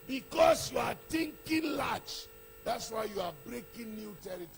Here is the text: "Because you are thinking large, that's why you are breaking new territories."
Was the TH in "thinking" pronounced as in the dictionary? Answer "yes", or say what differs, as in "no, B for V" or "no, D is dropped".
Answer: no, T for TH